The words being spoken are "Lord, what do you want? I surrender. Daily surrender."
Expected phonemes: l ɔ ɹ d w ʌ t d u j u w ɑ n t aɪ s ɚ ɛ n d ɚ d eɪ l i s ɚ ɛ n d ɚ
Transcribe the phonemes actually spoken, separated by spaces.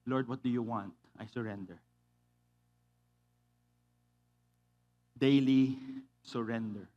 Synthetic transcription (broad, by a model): l ɔ ɹ d w ʌ t d u j u w ɑ n t aɪ s ɚ ɛ n d ɚ d eɪ l i s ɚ ɛ n d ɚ